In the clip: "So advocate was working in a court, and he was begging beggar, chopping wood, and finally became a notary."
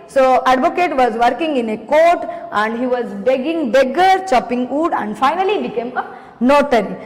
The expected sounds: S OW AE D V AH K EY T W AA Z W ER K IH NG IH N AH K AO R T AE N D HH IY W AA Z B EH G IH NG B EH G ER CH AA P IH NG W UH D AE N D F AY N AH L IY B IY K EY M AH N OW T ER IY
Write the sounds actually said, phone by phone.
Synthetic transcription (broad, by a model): S OW AE D V AH K EY T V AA Z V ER K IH NG IH N AH K AO R T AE N D HH IY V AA Z B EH G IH NG B EH G ER CH AA P IH NG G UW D AE N D F AY N AH L IY B IY K EY M AH N OW T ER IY